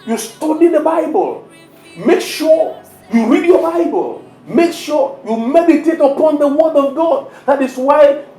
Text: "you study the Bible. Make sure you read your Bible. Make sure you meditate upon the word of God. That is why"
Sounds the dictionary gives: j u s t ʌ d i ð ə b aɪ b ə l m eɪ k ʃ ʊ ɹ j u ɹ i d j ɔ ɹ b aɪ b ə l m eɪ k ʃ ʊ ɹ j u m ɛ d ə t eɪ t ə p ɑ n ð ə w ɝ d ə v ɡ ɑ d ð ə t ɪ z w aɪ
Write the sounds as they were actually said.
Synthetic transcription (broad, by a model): j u s t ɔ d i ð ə b aɪ b ə l m eɪ k ʃ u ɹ j u ɹ i d j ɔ b aɪ b ə l m eɪ k ʃ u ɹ j u m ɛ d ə t eɪ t ə p ɑ n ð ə w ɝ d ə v ɡ ɑ d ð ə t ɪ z w aɪ